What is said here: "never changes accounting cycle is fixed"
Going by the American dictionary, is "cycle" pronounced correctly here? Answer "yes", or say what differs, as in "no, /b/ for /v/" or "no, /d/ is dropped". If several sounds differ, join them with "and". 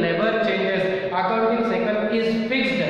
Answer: no, /n/ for /l/